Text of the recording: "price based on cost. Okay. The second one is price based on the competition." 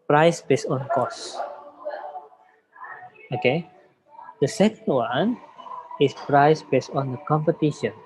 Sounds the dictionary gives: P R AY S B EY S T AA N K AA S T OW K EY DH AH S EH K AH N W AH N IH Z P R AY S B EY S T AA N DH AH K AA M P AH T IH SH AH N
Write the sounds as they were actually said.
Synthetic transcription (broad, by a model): P R AY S B EY S T AA N K AA S OW K EY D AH S EH K AH N W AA N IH S P R AY S B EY S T AA N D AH K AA M P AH T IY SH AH N